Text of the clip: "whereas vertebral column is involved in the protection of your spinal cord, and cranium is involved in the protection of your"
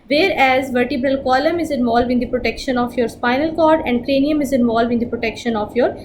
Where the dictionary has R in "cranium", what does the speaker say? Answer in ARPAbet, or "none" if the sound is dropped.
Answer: R